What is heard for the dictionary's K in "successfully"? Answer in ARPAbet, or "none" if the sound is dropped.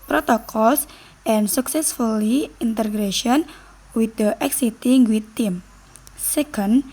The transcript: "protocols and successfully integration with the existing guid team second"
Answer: K